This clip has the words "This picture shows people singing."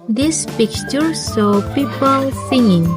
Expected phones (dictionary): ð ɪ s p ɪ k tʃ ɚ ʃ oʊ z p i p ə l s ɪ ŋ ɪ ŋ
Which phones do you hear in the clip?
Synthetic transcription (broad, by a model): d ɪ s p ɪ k tʃ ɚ s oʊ p i p ə l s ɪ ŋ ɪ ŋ